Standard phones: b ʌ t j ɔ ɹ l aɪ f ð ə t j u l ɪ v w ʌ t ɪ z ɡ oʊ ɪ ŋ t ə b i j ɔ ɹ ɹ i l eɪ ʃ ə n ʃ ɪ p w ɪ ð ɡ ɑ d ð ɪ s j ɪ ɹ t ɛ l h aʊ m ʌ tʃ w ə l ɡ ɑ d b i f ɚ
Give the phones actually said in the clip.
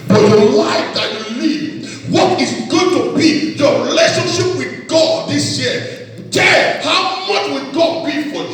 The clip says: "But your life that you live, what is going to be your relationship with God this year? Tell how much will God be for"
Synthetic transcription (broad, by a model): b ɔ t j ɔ l aɪ f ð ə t j u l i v w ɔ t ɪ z ɡ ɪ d t ə b i j ɔ ɹ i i l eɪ ʃ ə n ʃ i p w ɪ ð ɡ ɑ d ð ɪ s j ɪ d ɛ h aʊ m ʌ tʃ w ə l ɡ ɑ d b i f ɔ